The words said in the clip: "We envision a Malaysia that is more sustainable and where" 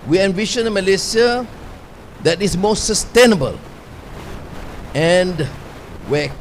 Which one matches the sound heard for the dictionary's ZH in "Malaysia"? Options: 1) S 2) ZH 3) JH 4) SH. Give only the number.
1